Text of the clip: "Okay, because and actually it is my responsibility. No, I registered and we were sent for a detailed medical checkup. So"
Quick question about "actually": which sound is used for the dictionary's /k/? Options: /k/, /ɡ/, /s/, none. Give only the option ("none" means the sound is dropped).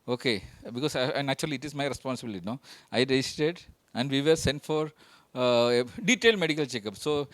none